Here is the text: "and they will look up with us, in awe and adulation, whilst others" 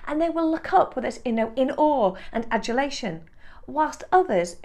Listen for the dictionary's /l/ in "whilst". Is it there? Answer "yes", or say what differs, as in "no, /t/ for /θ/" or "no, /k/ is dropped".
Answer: yes